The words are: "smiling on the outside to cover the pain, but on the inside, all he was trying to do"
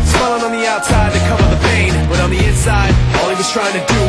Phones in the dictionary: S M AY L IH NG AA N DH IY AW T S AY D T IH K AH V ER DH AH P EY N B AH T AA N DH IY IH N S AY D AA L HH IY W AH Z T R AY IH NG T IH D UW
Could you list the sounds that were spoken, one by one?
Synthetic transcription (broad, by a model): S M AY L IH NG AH N DH IY AW T S AY D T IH K AH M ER DH AH B EY N B AH T N DH IY IH N S AY D AA L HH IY W AH Z T R AY IH NG T IH D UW